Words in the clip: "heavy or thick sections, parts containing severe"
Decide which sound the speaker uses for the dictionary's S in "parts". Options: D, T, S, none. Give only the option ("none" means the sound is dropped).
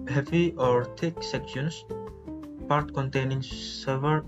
none